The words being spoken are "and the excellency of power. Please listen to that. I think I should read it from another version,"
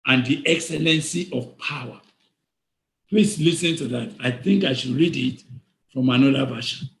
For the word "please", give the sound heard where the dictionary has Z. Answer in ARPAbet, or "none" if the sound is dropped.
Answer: S